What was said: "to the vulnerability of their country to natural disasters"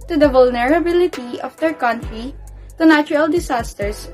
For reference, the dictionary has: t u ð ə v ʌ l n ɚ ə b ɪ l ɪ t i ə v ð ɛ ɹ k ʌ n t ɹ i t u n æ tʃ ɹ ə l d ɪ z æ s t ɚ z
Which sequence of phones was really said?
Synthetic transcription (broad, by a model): t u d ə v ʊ l n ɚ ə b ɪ l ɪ t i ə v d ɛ ɹ k ʌ n t ɹ i t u n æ tʃ ɹ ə l d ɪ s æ s t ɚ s